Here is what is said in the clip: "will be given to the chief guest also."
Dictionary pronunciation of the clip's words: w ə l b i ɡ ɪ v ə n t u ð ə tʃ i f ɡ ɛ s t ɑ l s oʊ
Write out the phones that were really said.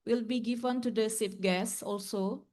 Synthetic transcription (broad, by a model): w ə l b i ɡ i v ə n t u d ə s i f ɡ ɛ s ɑ l s oʊ